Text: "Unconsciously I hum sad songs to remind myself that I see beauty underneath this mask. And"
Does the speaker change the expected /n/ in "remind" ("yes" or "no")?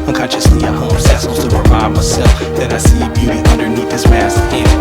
yes